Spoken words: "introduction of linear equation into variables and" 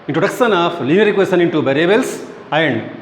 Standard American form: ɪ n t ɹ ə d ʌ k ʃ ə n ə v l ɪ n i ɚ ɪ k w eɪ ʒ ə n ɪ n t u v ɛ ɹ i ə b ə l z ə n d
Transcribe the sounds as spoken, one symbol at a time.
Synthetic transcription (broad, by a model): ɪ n t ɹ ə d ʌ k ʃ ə n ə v l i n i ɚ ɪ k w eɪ s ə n ɪ n t u b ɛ ɹ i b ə l s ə n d